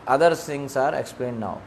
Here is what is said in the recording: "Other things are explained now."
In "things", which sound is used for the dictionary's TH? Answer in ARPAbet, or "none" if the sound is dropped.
S